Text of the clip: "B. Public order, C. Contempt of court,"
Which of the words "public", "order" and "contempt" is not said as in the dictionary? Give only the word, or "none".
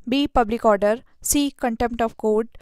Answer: none